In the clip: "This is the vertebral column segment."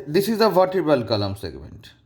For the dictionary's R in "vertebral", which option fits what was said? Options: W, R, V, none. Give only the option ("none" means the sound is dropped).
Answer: none